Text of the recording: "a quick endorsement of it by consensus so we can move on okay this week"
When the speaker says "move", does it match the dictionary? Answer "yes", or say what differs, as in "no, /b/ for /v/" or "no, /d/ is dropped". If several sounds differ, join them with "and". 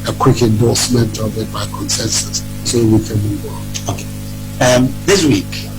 no, /w/ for /v/